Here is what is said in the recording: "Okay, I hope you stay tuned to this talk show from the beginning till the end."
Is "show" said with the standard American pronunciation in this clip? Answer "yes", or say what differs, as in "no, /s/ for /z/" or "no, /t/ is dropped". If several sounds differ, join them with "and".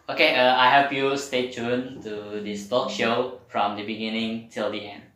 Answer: yes